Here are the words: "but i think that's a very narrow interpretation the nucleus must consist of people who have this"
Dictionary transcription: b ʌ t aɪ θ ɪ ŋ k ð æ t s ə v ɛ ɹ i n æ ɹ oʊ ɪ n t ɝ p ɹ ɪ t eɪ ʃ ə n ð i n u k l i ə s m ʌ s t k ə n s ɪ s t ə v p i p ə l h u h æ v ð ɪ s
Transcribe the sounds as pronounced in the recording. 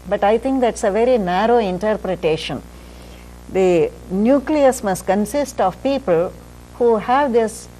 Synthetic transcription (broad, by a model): b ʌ t aɪ t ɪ ŋ k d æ t s ə v ɛ ɹ i n æ ɹ oʊ ɪ n t ɝ p ɹ ɪ t eɪ ʃ ə n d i n u k l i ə s m ʌ s t k ə n s ɪ s t ə v p i p ə l h u h æ v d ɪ s